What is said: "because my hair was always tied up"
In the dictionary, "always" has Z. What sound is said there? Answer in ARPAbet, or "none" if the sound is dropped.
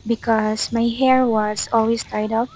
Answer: S